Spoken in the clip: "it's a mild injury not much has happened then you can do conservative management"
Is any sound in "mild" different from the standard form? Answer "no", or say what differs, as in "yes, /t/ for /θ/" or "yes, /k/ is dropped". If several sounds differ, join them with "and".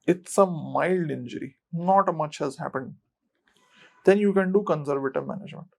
no